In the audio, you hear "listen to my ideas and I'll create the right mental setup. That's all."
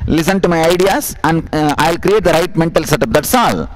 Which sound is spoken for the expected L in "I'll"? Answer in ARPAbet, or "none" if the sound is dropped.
L